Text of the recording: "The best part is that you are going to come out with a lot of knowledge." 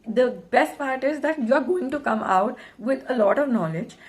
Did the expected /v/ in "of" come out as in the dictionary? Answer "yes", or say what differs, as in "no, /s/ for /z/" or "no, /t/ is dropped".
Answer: yes